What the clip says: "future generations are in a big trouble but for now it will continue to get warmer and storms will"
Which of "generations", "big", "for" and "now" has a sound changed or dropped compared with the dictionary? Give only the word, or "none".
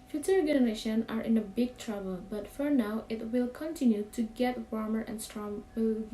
generations